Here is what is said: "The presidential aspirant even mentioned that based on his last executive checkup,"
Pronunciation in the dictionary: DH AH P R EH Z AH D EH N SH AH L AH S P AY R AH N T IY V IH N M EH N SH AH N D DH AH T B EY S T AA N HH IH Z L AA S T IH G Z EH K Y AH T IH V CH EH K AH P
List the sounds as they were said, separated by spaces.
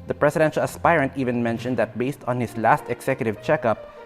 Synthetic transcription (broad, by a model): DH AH P R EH S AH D EH N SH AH L AH S P AY R AH N T IY V IH N M EH N SH AH N D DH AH T B EY S T AA N HH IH S L AA S T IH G S EH K Y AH T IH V CH EH K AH P